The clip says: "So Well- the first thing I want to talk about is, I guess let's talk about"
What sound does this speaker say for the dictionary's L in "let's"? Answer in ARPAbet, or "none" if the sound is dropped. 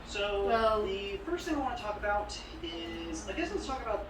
W